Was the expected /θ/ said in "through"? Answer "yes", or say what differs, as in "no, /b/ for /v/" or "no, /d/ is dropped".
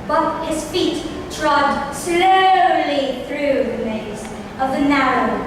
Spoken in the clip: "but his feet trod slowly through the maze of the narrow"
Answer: yes